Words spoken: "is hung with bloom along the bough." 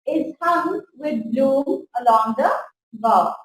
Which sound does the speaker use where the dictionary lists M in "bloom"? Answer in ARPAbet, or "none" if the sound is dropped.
none